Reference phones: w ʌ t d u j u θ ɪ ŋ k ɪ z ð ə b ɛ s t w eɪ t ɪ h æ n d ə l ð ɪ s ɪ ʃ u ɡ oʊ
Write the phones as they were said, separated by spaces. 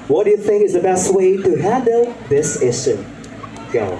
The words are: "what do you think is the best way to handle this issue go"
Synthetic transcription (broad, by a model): w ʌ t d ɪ j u θ ɪ ŋ k ɪ z ð ə b ɛ s t w eɪ t ɪ h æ n d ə l ð ɪ s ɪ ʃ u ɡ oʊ